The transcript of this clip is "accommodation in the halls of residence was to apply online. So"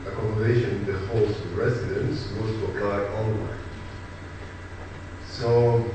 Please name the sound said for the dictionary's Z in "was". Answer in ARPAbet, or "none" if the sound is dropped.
S